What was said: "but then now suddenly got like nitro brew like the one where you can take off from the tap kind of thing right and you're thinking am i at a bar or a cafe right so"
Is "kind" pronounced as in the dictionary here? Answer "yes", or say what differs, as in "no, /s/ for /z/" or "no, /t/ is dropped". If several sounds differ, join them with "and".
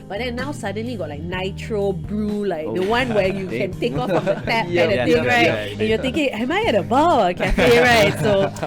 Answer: no, /n/ is dropped